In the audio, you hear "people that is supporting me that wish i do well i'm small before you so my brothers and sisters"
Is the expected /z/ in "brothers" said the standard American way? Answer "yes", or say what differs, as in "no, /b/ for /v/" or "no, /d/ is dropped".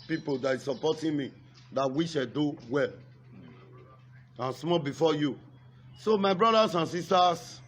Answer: no, /s/ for /z/